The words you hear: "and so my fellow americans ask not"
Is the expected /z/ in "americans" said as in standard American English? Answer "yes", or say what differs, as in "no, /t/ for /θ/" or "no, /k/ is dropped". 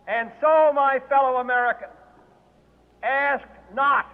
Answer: no, /z/ is dropped